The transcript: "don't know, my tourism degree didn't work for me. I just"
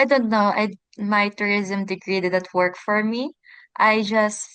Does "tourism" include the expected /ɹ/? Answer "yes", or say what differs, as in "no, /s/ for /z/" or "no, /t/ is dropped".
yes